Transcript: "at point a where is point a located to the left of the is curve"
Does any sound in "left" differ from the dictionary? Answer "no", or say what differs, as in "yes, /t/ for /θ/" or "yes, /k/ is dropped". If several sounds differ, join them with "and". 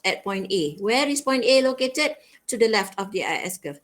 no